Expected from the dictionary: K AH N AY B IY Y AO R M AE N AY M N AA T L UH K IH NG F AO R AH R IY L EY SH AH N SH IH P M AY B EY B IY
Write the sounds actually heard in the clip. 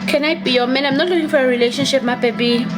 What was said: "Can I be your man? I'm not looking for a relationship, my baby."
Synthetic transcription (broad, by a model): K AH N AY B IY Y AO M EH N AY M N AA T L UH K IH NG F AO R AH R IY L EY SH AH N SH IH P M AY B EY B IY